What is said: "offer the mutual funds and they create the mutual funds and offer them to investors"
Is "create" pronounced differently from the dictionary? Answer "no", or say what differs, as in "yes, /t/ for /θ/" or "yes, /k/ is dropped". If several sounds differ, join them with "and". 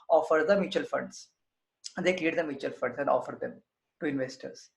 yes, /l/ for /ɹ/